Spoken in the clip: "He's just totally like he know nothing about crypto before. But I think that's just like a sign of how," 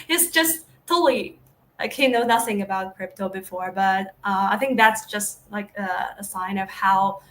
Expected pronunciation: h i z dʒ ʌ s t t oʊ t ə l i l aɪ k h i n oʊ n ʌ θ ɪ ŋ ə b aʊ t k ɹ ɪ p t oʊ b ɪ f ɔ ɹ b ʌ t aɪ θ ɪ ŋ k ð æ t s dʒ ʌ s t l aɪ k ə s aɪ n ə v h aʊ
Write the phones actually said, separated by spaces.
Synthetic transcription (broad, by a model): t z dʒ ʌ s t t t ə l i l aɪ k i n oʊ n ʌ θ ɪ ŋ ə b aʊ t k ɹ ɪ p t oʊ b ɪ f ɔ ɹ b ʌ t aɪ θ ɪ ŋ k ð æ t s dʒ ʌ s t l aɪ k ə s aɪ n ə v h aʊ